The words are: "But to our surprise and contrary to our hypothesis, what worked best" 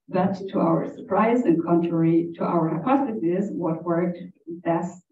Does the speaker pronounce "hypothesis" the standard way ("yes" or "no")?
no